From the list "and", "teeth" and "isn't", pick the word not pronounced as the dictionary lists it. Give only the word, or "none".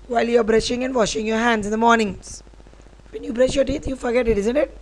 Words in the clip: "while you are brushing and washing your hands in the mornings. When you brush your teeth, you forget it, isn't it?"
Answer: teeth